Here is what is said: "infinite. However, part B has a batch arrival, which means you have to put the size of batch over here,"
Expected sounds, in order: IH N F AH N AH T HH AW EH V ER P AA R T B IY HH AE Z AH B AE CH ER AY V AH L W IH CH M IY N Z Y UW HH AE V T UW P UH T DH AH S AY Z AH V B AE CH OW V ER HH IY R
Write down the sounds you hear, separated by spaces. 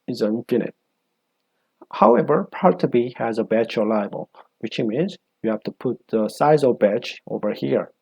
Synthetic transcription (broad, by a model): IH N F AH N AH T HH AW EH V ER P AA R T B IY HH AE Z AH B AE CH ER AY B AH L W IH CH M IY N Z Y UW HH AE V T UW P UH T DH AH S AY Z AH V B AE CH OW V ER HH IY R